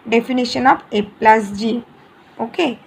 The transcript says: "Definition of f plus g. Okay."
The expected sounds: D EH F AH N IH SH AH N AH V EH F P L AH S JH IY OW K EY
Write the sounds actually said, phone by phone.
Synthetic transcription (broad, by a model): D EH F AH N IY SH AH N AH B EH P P L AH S JH IY OW K EY